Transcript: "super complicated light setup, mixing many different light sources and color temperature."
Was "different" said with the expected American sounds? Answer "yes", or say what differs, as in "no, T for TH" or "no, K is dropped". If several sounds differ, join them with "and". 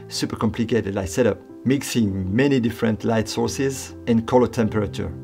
yes